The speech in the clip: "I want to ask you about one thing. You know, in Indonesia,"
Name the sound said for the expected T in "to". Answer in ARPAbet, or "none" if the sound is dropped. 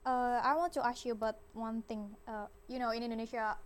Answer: T